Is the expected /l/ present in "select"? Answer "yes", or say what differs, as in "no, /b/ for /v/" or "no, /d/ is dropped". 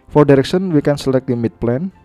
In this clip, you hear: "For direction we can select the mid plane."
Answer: yes